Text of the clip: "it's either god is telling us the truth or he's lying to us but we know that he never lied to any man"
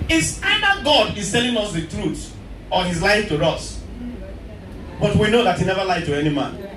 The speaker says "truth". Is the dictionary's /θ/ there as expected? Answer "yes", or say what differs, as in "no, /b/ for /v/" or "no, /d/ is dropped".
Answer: no, /s/ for /θ/